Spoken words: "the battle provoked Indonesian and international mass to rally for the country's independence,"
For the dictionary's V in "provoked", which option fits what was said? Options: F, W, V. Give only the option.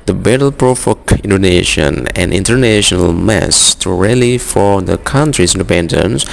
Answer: F